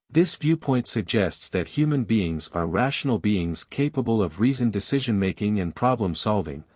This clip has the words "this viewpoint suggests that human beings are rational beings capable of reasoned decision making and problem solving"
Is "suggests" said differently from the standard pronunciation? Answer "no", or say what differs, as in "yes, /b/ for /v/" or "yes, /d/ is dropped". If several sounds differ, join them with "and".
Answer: no